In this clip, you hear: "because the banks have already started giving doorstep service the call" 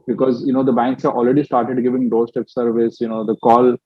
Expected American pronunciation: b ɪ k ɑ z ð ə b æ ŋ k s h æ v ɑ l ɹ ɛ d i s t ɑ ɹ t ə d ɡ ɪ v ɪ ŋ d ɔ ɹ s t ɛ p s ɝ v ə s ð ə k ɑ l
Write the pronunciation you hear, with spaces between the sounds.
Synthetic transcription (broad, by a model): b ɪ k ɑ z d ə b æ ŋ k s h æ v ɑ l ɹ ɛ d i s t ɑ ɹ t ə d ɡ ɪ v ɪ ŋ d ɔ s t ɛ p s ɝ v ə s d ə k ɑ l